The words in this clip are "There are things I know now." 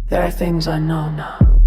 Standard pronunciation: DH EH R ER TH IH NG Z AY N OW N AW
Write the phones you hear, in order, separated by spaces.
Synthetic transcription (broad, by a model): DH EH R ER TH IH NG Z AY N OW N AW